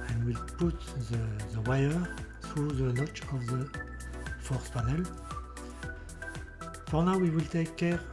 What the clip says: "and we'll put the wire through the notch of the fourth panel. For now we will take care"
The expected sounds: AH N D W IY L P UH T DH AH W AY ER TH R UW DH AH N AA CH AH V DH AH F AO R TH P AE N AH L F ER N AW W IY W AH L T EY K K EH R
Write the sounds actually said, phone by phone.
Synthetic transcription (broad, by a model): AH N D W IY L P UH T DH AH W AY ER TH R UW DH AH N AA CH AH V DH AH F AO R S P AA N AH L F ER N AW W IY W AH L T EY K K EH R